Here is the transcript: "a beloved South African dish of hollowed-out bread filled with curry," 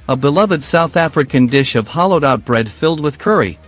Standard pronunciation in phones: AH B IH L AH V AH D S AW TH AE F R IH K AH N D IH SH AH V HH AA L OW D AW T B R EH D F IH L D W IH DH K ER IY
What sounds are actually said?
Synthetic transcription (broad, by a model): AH B IH L AH V AH D S AW TH AE F R IH K AH N D IH SH AH V HH AA L OW D AW T B R EH D F IH L D W IH DH K ER IY